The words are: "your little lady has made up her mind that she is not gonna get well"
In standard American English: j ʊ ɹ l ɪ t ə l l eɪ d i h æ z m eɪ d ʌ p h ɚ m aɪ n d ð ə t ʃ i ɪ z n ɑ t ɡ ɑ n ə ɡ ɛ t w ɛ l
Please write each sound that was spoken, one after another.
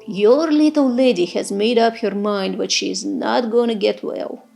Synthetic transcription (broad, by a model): j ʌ ɹ l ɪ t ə l l eɪ d i h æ z m eɪ d ʌ p h ɚ m aɪ n d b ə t ʃ i ɪ z n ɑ t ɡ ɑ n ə ɡ ɛ t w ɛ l